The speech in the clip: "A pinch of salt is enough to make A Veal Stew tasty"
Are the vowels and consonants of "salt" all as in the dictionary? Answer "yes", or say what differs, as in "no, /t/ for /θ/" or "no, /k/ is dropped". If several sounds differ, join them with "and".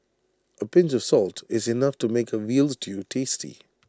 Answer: yes